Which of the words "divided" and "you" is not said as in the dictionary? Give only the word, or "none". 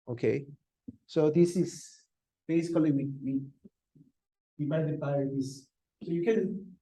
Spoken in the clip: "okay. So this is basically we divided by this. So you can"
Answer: divided